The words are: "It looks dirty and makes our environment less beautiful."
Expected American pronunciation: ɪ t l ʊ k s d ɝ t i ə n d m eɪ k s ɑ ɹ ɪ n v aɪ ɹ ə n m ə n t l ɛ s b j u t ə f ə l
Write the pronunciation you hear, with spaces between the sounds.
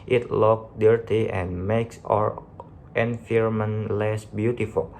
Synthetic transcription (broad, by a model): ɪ t l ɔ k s d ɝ t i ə n m eɪ k s ɑ ɹ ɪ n f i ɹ m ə n l ɛ s b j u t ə f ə l